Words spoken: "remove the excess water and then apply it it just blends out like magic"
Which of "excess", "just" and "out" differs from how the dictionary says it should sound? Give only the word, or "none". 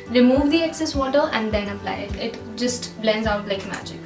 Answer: none